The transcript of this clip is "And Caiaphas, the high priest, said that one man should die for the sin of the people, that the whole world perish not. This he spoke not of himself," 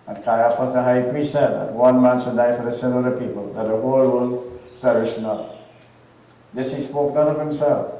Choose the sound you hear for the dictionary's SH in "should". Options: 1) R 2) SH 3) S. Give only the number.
3